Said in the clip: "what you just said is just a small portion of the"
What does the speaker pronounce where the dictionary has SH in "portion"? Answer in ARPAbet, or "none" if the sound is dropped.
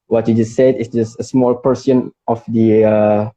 S